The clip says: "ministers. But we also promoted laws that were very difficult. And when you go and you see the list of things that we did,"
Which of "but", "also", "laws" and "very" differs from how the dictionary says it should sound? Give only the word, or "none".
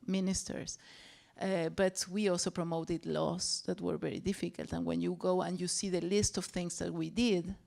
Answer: laws